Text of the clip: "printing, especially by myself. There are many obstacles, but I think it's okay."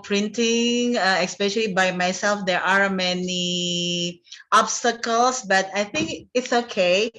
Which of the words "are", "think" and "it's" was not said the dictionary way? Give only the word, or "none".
none